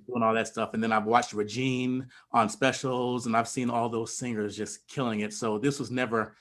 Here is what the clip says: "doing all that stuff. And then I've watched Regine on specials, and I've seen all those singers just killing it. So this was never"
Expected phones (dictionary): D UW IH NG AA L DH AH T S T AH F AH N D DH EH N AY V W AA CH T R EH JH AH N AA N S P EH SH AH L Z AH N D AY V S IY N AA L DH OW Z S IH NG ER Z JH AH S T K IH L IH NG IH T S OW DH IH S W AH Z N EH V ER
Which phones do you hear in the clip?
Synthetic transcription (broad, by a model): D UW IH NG AA L DH AH T S T AH F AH N DH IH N AY V W AA CH T R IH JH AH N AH N S P EH SH L Z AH N AY V S IY N AA L DH OW Z S IH NG ER Z JH AH S K IH L IH NG IH T S OW DH IH S W AH Z N EH V ER